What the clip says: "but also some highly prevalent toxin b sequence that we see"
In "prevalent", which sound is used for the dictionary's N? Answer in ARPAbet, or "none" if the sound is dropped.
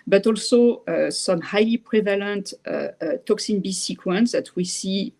N